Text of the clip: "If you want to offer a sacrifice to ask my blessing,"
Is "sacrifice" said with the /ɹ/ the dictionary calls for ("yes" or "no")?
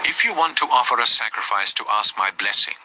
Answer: yes